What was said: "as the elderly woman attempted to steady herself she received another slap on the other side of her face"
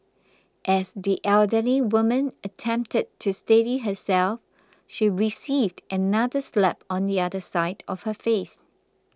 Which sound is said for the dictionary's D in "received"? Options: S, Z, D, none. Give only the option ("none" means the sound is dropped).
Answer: D